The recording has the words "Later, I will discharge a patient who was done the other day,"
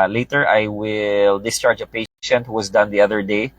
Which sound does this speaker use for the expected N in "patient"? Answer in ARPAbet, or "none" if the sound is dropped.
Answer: N